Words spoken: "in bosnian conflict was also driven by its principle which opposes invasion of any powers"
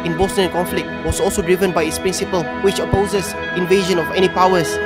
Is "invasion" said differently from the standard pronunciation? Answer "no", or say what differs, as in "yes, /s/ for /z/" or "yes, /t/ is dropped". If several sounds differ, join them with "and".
no